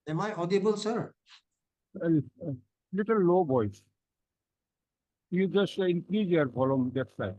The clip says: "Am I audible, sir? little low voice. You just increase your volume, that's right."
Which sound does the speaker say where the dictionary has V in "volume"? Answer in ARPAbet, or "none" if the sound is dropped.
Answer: F